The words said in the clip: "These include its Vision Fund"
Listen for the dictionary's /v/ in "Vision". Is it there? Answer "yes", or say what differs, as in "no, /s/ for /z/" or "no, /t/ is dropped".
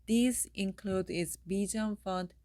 no, /b/ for /v/